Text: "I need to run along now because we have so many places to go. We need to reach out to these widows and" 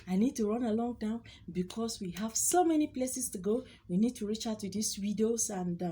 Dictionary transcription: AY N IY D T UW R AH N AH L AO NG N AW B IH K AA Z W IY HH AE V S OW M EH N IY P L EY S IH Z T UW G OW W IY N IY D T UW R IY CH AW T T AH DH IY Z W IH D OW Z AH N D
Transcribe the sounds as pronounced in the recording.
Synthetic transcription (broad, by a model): AY N IY D T UW R AH N AH L AO NG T AW B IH K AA S W IY HH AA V S OW M EH N IY P L EY S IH S T UW G OW W IY N IY D T UW R IY CH AW T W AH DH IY S W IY D OW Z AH N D